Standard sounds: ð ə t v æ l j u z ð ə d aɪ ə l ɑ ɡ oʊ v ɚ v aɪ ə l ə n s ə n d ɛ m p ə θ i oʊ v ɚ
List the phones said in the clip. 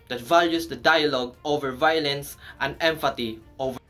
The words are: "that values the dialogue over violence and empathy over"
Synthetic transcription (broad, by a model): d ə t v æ l j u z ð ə d aɪ ə l ɑ ɡ oʊ v ɚ v aɪ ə l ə n s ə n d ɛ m f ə t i oʊ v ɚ